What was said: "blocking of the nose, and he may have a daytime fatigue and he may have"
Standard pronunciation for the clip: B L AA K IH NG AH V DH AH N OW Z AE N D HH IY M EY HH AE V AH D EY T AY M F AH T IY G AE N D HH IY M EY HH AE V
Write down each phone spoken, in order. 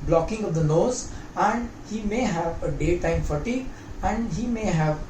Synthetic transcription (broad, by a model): B L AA K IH NG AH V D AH N OW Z AE N D HH IY M EY HH AE V AH D EY T AY M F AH T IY AE N D HH IY M EY HH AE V